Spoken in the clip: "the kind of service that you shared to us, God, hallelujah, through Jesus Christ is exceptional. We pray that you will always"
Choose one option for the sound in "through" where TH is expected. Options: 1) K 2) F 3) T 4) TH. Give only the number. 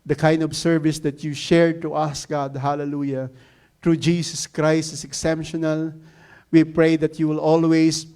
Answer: 3